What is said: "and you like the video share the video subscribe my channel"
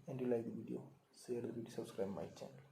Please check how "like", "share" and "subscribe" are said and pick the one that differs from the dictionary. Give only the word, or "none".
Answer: share